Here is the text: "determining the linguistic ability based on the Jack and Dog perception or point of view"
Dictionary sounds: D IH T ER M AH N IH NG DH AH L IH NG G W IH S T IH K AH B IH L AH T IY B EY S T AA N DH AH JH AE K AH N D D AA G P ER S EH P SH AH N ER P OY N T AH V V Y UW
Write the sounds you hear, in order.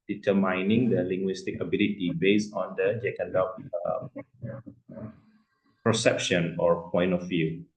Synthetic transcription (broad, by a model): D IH T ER M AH N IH NG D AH L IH NG G W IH S T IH K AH B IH L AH T IY B EY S AA N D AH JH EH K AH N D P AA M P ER S EH P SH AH N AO P OY N T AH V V Y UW